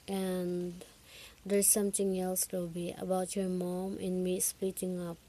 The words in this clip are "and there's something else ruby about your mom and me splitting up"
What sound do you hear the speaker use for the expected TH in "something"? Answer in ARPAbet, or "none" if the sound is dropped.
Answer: T